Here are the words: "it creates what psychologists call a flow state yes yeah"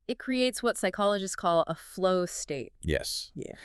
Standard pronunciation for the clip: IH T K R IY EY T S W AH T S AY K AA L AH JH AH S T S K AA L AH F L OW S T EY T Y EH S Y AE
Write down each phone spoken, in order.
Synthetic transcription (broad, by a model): IH T K R IY EY T S W AH T S AY K AA L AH JH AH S S K AA L AH F L OW S T EY T Y EH S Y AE